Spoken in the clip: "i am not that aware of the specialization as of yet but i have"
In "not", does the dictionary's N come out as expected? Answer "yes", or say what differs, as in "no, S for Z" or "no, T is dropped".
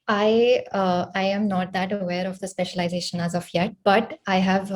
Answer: yes